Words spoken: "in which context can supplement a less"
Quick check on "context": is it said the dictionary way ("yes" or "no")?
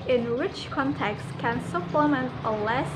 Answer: yes